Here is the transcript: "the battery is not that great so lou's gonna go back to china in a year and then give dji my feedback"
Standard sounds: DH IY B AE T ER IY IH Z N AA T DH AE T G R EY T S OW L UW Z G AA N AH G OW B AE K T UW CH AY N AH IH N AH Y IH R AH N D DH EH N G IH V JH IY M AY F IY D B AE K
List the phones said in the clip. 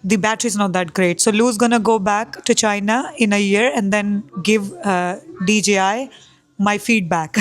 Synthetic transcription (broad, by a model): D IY B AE T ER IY IH Z N AA T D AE T G R EY T S OW L UW Z G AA N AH G OW B AE K T UW CH AY N AH IH N AH Y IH R AH N D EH N G IH V JH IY M AY F IY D B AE K